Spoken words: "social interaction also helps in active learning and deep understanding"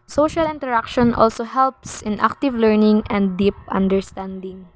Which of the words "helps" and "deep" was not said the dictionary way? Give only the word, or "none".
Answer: none